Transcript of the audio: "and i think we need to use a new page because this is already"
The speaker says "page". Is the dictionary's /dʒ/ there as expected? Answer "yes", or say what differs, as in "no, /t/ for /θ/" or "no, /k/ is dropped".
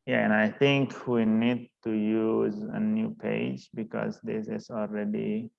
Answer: yes